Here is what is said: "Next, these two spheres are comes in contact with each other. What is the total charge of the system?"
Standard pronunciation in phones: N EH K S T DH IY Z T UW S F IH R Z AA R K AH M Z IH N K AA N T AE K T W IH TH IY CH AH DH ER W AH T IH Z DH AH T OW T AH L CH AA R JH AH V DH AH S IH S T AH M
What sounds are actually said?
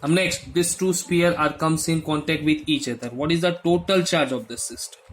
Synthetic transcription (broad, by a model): N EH K S T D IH S T UW S P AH R AA R K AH M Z IH N K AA N T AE K T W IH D IY CH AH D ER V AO T IH Z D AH T OW T AH L CH AA R JH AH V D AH S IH S T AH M